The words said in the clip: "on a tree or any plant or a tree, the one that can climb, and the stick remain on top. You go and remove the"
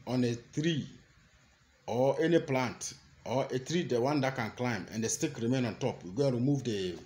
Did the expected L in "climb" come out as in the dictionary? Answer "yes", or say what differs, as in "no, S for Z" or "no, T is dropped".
yes